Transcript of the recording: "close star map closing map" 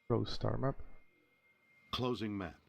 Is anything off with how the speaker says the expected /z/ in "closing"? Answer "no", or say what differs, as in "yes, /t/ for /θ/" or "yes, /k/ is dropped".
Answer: no